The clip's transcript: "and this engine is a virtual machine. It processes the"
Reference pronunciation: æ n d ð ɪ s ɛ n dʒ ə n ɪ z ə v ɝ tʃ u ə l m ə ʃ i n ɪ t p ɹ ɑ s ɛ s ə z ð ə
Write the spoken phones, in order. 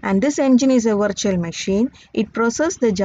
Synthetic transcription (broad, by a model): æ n d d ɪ s ɛ n dʒ ə n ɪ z ə v ɝ tʃ u ə l m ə ʃ i n ɪ t p ɹ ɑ s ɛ s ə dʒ